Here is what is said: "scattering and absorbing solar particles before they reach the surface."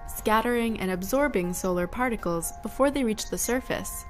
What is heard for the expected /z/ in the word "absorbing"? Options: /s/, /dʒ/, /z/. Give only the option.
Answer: /z/